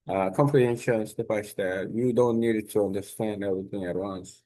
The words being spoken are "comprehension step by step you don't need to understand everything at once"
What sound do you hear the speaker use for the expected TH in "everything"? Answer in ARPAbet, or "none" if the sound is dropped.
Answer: TH